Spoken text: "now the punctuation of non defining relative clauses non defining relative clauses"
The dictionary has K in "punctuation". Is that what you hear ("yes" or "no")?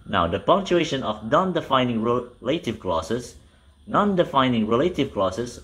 yes